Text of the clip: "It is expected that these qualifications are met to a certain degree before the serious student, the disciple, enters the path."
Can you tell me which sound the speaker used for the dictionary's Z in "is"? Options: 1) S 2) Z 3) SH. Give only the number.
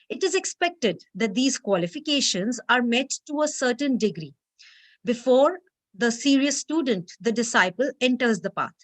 2